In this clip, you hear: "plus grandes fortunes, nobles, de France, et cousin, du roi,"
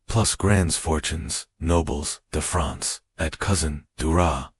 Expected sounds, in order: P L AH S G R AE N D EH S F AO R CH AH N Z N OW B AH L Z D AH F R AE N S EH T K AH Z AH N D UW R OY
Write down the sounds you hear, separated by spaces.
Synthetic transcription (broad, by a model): P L AH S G R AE N D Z F AO R CH AH N Z N OW B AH L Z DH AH F R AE N S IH T K AH Z AH N D UW R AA